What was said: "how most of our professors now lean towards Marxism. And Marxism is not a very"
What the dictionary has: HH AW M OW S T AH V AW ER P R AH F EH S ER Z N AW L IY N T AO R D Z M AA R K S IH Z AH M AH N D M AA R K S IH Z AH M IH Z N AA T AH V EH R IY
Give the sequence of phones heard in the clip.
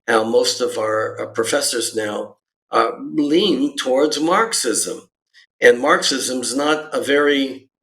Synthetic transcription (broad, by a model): HH AW M OW S T AH V AW ER P R AH F EH S ER Z N AW L IY N T AO R D Z M AA R K S IH Z AH M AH N M AA R K S IH Z AH M IH Z N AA T AH V EH R IY